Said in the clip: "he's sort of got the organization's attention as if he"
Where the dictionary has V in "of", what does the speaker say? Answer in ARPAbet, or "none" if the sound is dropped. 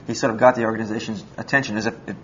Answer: V